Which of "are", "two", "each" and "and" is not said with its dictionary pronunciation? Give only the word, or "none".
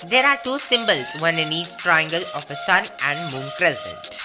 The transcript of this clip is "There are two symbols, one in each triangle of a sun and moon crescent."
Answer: each